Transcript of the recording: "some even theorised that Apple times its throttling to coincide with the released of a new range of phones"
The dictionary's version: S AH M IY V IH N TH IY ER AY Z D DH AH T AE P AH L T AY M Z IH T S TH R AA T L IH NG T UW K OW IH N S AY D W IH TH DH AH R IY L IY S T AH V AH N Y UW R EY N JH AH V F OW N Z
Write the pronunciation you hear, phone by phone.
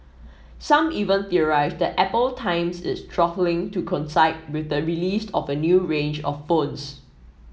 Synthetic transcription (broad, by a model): S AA M IY V IH N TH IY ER AY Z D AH T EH P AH L T AY M S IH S T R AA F L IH NG T UW K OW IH N S AY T W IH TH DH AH R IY L IY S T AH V AH N Y UW R EY N JH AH F OW N S